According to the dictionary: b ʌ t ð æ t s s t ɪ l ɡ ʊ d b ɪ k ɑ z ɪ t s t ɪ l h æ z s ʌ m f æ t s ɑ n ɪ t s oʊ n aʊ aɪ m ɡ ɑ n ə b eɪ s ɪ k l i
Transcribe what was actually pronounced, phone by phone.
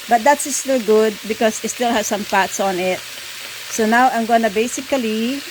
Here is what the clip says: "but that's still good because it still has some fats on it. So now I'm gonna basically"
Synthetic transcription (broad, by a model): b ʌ t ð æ t s s t ɪ l ɡ ʊ d b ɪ k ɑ s ɪ t s t ɪ l h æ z s ʌ m p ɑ t s ɑ n ɪ t s oʊ n aʊ aɪ m ɡ ɑ n ə b eɪ s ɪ k l i